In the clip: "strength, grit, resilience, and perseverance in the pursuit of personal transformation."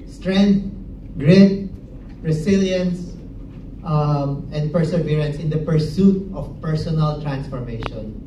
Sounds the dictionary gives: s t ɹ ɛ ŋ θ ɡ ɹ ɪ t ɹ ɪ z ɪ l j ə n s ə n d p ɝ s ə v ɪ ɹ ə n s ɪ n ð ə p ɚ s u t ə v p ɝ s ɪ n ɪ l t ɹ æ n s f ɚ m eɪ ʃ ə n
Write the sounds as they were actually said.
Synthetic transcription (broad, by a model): s t ɹ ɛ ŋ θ ɡ ɹ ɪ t ɹ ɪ s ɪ l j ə n s ə n d p ɝ s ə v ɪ ɹ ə n s ɪ n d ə p ɚ s u t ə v p ɝ s ɪ n ɪ l t ɹ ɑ n s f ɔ m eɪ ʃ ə n